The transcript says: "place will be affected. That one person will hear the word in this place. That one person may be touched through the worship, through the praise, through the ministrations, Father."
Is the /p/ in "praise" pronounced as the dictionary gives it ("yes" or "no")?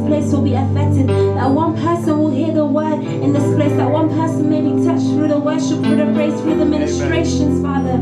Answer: no